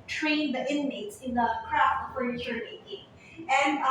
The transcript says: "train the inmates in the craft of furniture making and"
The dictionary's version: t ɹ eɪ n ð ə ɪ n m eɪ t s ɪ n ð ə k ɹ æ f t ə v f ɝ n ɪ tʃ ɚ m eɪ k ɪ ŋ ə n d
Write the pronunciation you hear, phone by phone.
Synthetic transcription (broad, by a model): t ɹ eɪ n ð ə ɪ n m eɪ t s ɪ n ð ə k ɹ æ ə p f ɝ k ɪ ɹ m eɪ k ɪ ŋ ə n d